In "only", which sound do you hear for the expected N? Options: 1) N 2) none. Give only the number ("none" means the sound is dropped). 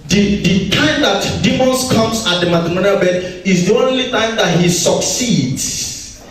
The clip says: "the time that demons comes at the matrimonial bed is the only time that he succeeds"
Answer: 1